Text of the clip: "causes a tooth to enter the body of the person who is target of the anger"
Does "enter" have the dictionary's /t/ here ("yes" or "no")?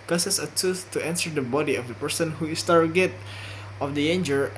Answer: no